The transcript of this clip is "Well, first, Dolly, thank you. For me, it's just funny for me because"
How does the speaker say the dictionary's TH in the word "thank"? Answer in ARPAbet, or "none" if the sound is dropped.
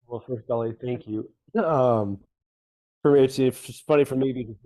TH